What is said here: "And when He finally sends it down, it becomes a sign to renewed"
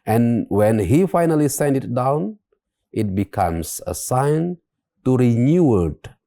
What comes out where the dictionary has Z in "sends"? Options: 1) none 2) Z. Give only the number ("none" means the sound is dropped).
1